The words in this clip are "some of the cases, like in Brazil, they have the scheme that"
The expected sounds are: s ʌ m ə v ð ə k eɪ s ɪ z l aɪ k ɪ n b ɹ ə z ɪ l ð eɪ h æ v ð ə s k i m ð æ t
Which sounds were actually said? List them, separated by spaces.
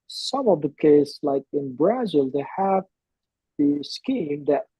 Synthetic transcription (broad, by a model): s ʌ m ə v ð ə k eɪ ɪ s l aɪ k ɪ n b ɹ ə z ɪ l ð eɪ h æ v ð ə s k i m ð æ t